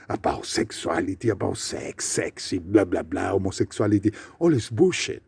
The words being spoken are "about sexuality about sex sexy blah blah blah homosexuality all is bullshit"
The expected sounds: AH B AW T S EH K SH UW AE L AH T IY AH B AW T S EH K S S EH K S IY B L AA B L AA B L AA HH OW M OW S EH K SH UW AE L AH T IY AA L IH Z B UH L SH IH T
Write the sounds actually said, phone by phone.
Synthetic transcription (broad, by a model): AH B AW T S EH K S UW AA L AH T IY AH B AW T S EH K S S EH K S IY B L AA B L AA B L AA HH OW M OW S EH K S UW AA L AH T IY AA L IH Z B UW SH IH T